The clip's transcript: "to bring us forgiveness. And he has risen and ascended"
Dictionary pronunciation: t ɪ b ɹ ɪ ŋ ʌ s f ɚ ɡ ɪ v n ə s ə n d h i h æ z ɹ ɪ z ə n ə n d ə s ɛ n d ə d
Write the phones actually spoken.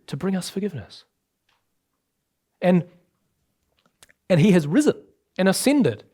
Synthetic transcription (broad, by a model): t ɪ b ɹ ɪ ŋ ʌ s f ɚ ɡ ɪ v n ə s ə n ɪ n i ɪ z ɹ ɪ z ə n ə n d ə s ɛ n d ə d